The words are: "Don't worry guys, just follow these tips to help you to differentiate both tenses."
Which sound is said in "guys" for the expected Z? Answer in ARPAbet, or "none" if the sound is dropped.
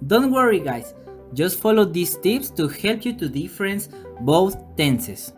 S